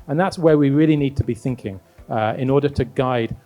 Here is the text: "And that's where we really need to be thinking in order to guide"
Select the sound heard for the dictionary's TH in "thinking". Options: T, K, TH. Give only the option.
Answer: TH